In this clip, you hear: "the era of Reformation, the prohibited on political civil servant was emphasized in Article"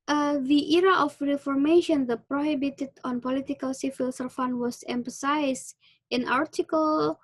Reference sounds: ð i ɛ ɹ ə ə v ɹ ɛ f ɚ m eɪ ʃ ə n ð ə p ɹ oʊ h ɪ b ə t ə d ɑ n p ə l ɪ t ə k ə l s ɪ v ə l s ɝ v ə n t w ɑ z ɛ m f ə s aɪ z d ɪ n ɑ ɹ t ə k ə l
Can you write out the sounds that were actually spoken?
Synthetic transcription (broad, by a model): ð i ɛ ɹ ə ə f ɹ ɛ f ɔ m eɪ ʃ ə n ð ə p ɹ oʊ h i b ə t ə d ɑ n p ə l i t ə k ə l s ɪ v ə l s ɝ f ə n w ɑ s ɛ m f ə s aɪ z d ɪ n ɑ ɹ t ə k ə l